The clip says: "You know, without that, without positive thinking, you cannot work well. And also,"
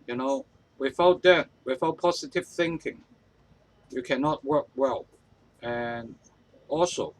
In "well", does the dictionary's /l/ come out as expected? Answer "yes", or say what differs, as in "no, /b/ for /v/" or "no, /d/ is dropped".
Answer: yes